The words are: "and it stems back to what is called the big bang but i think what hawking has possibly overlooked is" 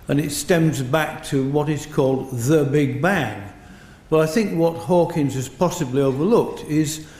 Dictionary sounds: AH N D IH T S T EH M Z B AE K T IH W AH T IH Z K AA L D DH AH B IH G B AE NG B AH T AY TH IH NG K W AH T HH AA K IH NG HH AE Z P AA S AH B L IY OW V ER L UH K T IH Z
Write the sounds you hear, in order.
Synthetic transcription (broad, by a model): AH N IH T S T EH M Z B AE K T IH W AH T IH Z K AA L D DH AH B IH G B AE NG B AH T AY TH IH NG K W AH T HH AA K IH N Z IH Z P AA S AH B L IY OW V ER L UH K T IH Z